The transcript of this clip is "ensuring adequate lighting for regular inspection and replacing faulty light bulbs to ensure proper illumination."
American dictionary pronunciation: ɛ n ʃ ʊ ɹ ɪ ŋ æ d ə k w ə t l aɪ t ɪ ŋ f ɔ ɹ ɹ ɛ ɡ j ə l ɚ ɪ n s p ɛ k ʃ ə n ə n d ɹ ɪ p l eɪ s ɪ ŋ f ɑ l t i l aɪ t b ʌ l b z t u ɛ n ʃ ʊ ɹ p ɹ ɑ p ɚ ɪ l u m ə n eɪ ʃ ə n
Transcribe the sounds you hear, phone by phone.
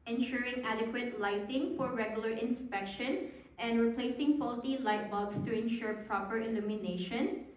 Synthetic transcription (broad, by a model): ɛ n ʃ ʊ ɹ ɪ ŋ æ d ə k w ə t l aɪ t ɪ ŋ f ɔ ɹ ɹ ɛ ɡ j ə l ɚ ɪ n s p ɛ k ʃ ə n ə n d ɹ ɪ p l eɪ s ɪ ŋ p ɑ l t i l aɪ t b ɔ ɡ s t u ɛ n ʃ ʊ ɹ p ɹ ɑ p ɚ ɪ l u m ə n eɪ ʃ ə n